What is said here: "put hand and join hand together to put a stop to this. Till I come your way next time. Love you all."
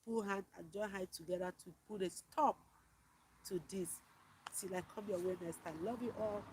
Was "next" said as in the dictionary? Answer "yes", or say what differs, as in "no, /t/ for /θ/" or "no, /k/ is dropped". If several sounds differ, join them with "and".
no, /k/ is dropped